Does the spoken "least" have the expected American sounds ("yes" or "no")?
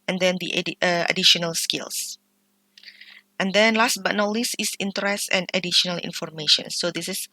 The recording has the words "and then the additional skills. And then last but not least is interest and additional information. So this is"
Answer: no